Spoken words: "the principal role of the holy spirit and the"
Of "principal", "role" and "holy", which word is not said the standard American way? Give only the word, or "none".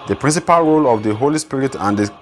none